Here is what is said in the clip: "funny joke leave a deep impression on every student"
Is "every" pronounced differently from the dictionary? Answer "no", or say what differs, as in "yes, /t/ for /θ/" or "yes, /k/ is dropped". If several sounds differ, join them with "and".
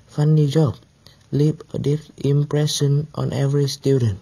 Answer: no